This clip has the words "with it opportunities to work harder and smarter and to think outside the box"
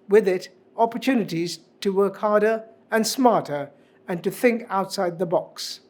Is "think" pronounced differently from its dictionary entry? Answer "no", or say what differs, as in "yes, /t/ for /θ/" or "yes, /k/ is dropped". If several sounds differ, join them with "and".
no